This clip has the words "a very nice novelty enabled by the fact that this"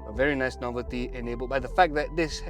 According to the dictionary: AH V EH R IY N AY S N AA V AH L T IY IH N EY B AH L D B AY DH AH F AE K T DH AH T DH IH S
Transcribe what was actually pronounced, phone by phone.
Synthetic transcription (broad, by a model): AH V EH R IY N AY S N AA V AH L T IY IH N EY B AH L B AY DH AH F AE K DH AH T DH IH S